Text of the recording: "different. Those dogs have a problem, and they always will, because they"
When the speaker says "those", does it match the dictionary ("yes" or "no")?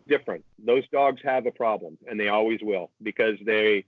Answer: yes